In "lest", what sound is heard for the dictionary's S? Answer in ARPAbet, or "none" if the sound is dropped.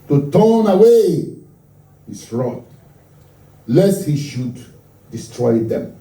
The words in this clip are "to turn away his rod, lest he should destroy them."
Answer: S